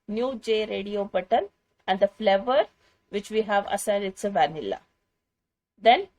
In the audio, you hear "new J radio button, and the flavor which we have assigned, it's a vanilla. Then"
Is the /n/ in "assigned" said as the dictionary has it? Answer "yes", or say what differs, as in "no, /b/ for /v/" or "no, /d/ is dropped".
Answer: no, /n/ is dropped